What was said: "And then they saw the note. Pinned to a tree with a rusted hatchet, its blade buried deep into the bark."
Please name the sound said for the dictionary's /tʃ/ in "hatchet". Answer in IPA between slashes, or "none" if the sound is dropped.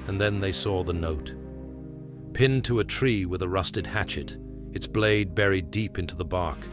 /tʃ/